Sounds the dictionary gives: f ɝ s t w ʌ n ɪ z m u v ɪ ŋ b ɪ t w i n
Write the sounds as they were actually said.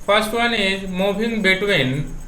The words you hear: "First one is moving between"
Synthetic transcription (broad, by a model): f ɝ s t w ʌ n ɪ m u b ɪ ŋ b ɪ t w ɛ n